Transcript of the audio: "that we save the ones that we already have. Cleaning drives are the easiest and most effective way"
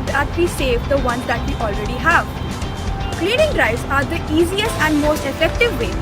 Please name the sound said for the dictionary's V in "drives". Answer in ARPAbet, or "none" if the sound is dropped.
none